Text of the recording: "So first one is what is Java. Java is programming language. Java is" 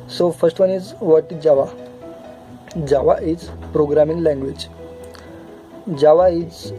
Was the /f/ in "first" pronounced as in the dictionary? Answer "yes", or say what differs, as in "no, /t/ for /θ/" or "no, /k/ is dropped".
yes